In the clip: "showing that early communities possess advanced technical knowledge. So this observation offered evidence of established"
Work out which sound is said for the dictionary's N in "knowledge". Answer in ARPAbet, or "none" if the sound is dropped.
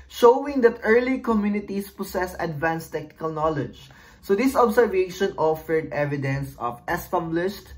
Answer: N